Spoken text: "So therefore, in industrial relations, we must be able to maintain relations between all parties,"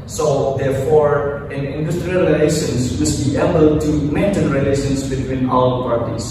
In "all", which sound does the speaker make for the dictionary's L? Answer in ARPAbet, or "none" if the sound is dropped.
W